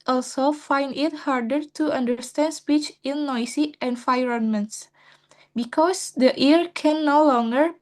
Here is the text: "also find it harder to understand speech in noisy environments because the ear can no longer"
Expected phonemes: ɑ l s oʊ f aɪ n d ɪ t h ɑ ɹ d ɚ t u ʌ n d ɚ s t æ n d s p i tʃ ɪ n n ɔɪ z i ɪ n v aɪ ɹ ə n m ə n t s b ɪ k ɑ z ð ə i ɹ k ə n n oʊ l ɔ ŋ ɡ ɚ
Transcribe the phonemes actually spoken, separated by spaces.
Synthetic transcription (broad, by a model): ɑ l s oʊ f aɪ n d ɪ t h ɑ ɹ d ɚ t u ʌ n d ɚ s t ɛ n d s p i tʃ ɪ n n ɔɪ s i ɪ n f aɪ ɹ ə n m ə n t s b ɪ k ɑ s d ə i ɹ k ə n n oʊ l ɔ ŋ ɡ ɚ